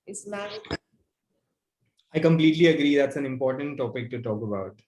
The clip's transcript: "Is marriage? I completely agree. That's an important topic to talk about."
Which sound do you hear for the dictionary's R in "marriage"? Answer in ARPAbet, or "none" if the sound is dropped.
none